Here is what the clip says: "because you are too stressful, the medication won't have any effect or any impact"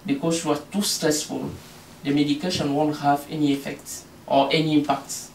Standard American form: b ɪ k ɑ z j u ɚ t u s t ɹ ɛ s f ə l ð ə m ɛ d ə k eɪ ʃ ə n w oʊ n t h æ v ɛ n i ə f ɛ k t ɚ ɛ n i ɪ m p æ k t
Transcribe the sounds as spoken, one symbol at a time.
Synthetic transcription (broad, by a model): b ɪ k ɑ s j u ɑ t u s t ɹ ɛ s f ə l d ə m ɛ d ə k eɪ ʃ ə n w oʊ n t h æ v ɛ n i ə f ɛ k t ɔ ɛ n i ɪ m p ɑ k t